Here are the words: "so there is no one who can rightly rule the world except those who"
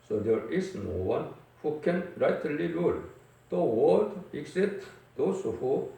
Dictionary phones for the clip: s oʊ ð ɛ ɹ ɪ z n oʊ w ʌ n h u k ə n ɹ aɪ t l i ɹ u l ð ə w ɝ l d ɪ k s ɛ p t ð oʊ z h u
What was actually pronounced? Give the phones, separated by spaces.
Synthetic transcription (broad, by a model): s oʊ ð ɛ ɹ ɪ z n oʊ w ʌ n h u k ə n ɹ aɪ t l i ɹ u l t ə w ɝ d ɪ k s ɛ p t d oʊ s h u